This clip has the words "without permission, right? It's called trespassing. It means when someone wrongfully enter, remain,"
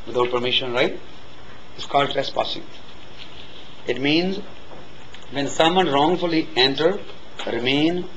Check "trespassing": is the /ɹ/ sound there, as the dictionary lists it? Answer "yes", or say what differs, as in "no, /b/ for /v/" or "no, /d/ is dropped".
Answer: no, /ɹ/ is dropped